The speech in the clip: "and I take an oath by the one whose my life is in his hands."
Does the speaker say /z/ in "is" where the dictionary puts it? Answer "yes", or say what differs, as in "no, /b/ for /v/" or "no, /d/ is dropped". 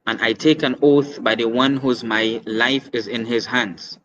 yes